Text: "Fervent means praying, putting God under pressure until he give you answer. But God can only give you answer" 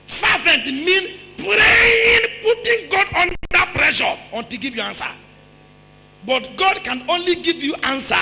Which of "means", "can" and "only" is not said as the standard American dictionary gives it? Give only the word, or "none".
means